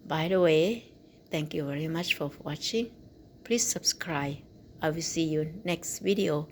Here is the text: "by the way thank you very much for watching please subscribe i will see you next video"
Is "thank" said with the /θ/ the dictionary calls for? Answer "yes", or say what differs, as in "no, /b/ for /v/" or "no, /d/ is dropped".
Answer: no, /t/ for /θ/